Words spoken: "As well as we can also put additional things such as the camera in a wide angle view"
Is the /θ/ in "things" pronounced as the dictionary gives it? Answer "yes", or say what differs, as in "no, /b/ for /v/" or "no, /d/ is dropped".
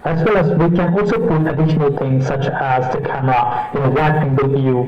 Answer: no, /t/ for /θ/